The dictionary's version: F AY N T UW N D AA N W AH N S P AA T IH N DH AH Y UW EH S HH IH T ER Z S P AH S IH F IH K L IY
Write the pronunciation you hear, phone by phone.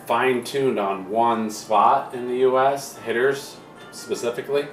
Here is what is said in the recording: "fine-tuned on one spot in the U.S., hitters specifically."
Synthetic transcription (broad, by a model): F AY N T UW N D N W AH N S P AA T IH N DH AH Y UW EH S HH IH T ER Z S P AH S IH F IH K L IY